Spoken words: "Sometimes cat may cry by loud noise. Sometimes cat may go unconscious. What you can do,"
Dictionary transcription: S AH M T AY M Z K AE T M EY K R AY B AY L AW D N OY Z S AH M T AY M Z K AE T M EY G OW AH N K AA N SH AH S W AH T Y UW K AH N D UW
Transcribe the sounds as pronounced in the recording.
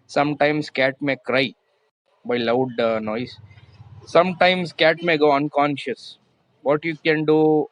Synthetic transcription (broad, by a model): S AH M T AY M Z K AE T M EY K R AY B AY L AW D N OY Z S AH M T AY M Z K AE T M EY G OW AH N K AA N SH AH S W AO T Y UW K AH N D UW